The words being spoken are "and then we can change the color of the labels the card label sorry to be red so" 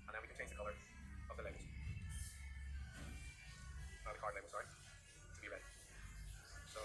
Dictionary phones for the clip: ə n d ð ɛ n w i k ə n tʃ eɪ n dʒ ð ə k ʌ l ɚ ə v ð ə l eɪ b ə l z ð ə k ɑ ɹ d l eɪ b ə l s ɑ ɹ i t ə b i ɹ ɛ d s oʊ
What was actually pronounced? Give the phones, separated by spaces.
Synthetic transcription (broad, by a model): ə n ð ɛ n w i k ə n tʃ eɪ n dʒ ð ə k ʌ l ɚ ə v ð ə l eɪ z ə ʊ ð ə k ɑ ɹ d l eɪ ə s ɑ ɹ i t ə b i ɹ ɛ d s oʊ